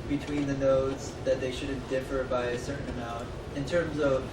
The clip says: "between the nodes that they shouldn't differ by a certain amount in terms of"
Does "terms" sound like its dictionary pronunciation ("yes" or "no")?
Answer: yes